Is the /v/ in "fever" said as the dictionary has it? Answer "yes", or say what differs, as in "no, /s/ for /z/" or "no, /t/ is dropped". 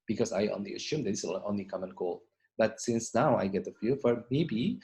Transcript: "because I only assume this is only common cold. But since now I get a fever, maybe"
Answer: no, /f/ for /v/